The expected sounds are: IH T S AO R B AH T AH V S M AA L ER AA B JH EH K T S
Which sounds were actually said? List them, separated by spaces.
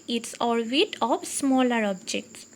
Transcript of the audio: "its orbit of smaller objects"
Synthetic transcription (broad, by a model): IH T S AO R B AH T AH P S M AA L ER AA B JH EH K T S